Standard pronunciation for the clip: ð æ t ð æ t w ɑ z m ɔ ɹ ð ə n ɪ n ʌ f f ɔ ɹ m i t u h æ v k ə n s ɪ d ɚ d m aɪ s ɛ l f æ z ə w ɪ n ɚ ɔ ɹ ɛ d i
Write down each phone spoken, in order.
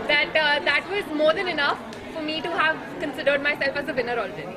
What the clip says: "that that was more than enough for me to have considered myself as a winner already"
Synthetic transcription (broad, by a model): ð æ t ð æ t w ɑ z m ɔ ɹ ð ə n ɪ n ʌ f f ɔ ɹ m i t u h æ v k ə n s ɪ d ɚ d m aɪ s ɛ l f æ z ə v ɪ n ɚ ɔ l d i